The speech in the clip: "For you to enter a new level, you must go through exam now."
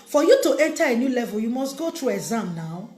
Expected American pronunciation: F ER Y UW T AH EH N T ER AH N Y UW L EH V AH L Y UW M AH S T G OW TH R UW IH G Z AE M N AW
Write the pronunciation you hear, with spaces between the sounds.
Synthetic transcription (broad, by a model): F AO Y UW T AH EH N T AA AH N Y UW L EH V AH L Y UW M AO S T G OW T R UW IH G Z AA M N AW